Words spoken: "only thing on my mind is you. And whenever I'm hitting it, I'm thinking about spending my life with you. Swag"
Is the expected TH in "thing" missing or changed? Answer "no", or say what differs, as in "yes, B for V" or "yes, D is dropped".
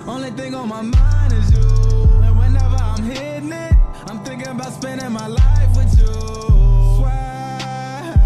no